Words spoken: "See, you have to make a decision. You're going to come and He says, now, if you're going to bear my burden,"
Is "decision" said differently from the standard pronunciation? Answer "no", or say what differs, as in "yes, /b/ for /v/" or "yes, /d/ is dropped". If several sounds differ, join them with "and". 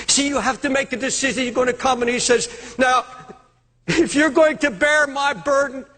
no